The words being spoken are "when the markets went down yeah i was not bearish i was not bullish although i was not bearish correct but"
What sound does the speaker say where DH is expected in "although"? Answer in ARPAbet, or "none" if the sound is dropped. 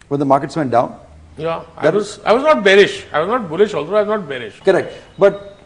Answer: none